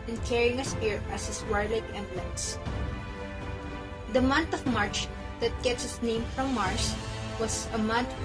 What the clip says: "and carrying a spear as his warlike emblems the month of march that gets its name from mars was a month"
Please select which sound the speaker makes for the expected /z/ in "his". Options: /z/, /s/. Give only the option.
/s/